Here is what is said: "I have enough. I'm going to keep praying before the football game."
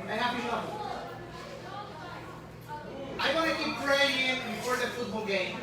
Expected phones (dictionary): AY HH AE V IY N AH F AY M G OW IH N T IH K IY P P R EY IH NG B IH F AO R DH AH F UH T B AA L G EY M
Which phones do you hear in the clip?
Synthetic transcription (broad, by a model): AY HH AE P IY AH AY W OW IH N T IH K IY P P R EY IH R B IH F AO R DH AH F UH T B AA L G EY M